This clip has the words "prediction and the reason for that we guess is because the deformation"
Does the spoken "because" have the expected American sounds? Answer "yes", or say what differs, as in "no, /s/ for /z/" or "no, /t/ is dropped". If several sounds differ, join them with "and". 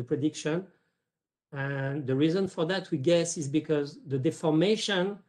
yes